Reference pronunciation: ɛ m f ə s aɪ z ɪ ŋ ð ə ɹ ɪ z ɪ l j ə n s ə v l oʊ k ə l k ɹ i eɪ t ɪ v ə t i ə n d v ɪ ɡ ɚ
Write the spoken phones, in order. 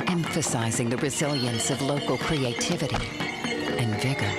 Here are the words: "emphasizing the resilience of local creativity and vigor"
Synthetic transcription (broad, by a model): ɛ m f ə s aɪ z ɪ ŋ ð ə ɹ ɪ z ɪ l j ə n s ə v l oʊ k l k ɹ i eɪ t ɪ v ə t i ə n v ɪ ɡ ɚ